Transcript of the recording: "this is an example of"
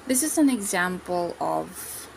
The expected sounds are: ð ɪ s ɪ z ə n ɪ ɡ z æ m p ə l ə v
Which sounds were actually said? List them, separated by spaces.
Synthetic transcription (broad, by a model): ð ɪ s ɪ z ə n ɪ ɡ z æ m p ə l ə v